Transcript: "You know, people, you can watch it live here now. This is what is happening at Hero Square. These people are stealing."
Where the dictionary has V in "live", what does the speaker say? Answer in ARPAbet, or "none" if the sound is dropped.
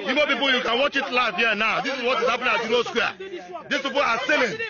F